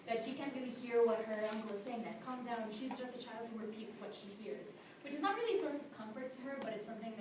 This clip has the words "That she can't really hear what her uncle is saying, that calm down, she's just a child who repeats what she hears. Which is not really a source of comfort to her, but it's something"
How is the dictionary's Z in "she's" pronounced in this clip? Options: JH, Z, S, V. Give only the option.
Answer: Z